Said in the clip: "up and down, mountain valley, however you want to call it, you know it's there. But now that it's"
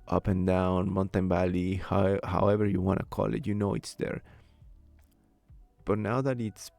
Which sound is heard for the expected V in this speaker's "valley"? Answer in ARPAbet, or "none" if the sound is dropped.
B